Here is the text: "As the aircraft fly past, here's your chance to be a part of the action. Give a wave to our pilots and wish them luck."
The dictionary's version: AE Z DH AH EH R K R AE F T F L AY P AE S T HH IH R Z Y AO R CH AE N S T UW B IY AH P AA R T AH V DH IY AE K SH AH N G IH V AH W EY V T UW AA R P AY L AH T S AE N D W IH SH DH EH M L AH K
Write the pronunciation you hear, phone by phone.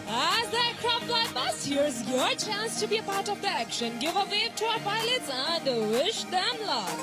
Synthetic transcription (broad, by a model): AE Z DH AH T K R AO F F L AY B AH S HH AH R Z Y AO R CH AE N S T UW B IY AH P AA R T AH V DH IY AE K SH AH N G IH V AH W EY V T UW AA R P AY L AH T S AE N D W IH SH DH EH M L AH